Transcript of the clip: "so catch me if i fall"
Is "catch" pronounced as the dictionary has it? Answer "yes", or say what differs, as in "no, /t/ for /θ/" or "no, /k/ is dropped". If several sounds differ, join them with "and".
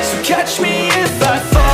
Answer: yes